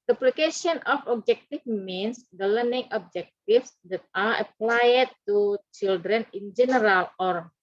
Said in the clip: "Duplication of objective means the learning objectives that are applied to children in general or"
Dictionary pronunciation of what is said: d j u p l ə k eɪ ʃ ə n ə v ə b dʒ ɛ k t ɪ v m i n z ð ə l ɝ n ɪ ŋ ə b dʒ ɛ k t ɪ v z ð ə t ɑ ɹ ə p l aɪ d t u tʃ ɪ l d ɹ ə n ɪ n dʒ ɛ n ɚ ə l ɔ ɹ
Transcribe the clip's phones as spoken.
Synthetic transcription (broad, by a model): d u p l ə k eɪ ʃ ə n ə f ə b dʒ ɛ k t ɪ f m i n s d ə l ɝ n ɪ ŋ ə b dʒ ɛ k t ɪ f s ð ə t ɑ ɹ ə p l aɪ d t u tʃ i l d ɹ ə n ɪ n dʒ ɛ n ɚ ə l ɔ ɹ